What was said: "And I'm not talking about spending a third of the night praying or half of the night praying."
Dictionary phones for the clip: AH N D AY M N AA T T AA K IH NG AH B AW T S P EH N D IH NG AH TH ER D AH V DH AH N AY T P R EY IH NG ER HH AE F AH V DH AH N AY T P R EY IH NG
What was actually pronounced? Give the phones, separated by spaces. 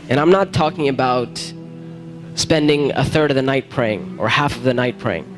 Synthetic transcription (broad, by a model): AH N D AY M N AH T T AA K IH NG AH B AW T S P EH N D IH NG AH TH ER D AH V DH AH N AY T P R EY IH NG ER HH AE F AH V DH AH N AY T P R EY IH NG